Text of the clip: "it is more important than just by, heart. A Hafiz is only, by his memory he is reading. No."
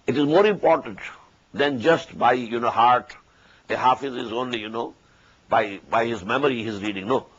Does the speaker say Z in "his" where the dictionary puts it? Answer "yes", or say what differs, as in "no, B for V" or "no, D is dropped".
yes